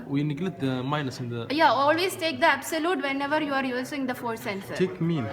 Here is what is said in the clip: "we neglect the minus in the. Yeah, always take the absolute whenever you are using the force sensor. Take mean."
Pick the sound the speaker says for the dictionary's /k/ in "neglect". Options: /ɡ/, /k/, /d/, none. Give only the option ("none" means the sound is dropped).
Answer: none